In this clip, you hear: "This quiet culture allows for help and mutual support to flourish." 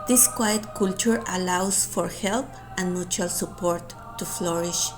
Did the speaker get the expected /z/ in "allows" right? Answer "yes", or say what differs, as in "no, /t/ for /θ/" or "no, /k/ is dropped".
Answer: no, /s/ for /z/